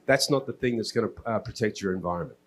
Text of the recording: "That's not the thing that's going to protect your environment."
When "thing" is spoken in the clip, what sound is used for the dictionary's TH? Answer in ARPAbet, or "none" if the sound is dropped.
TH